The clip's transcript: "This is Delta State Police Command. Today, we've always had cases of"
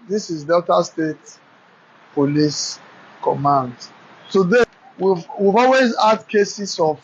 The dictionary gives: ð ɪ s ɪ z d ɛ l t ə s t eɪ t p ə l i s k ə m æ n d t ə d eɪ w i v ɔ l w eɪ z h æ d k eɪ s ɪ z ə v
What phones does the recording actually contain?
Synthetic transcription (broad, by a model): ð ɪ s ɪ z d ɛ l t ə s t eɪ t p ə l i s k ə m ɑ n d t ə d eɪ w i v ɔ l w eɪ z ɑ d k eɪ s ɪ s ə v